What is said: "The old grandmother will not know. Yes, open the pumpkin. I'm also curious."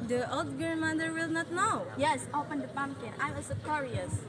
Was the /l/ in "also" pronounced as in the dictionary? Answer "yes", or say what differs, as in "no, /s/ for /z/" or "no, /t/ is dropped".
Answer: no, /l/ is dropped